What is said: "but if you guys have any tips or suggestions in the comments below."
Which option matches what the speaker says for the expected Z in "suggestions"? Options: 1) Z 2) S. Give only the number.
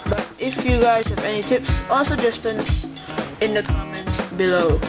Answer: 2